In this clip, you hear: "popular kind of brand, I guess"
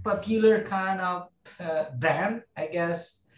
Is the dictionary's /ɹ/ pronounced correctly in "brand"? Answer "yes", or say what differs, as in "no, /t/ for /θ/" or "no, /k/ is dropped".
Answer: no, /ɹ/ is dropped